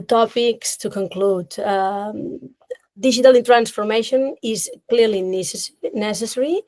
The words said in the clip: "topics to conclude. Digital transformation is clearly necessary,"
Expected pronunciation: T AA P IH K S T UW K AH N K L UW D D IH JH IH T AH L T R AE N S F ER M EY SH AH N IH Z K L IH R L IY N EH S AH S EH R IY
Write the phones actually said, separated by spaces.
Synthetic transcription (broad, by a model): T AA P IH K S T UW K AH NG K L UW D D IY ZH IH T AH L T R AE N S F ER M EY SH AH N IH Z K L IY R L IY N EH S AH S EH R IY